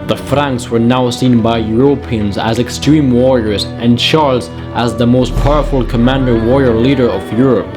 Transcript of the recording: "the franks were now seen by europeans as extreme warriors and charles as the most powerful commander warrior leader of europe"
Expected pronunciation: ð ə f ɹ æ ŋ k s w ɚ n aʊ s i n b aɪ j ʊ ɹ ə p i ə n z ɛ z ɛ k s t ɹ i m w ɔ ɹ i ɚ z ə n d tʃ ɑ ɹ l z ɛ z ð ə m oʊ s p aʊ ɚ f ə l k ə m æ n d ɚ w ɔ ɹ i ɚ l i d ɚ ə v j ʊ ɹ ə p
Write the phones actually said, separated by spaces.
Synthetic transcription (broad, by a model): ð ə f ɹ æ ŋ k s w ɚ n aʊ s i n b aɪ j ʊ ɹ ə p i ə n z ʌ z ɛ k s t ɹ i m w ɔ ɹ i ɚ z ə n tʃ ɑ ɹ l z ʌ z ð ə m oʊ s p aʊ ɚ f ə l k ə m æ n d ɚ w ɔ ɹ i ɚ l i d ɚ ə v j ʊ ɹ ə p